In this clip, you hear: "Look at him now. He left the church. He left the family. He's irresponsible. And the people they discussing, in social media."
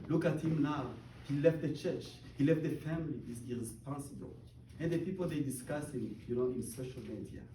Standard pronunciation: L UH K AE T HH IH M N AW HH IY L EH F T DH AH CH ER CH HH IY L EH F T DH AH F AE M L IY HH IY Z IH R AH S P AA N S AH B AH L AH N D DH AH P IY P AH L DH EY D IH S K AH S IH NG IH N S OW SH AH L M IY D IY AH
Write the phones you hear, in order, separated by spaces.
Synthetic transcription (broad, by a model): L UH K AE T HH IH M N AW HH IY L EH F T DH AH CH ER CH HH IY L EH F T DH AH F AE M L IY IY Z IH R AH S P AA N S AH B AH L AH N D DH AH P IY P AH L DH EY D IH S K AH S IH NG IH N S OW SH AH L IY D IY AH